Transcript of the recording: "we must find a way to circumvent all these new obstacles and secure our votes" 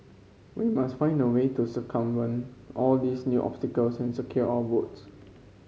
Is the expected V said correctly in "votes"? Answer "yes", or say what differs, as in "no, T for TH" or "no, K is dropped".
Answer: no, B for V